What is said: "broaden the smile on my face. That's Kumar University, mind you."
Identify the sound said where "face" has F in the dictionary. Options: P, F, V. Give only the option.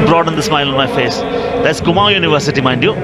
F